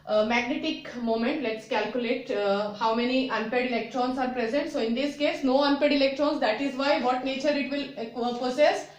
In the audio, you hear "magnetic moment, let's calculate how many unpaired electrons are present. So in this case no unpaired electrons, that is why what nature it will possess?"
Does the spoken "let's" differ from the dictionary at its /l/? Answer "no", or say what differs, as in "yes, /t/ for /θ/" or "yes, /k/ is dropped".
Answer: no